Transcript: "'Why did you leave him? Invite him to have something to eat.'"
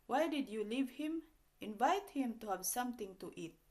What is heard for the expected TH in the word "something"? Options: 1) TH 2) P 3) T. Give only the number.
3